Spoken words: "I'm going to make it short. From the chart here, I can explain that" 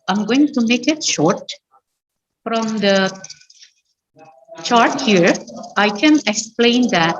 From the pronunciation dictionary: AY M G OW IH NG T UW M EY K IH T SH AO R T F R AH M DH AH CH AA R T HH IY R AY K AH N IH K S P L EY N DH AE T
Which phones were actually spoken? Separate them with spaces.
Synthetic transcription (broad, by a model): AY M G OW IH NG T UW M EY K IH T SH AO R T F R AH M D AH CH AA R T HH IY R AY K AH N IH K S P L EY N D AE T